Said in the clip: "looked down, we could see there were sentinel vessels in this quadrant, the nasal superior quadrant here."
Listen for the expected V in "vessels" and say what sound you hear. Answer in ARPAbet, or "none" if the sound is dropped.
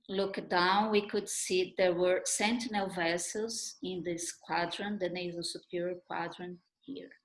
V